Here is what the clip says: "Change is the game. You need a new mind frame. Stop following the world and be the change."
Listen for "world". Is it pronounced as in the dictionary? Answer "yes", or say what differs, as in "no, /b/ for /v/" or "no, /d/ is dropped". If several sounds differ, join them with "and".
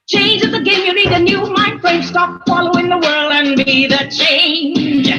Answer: yes